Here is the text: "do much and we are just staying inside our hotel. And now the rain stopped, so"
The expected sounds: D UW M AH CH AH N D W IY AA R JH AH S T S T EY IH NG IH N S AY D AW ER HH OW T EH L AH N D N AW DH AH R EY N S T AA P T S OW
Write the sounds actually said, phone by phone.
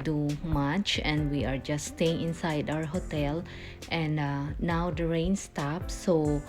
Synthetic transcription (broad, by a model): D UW M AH CH AH N D W IY AA R JH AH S S T EY IH NG IH N S AY D AW ER HH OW T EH L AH N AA N AW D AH R EY N S T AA P S OW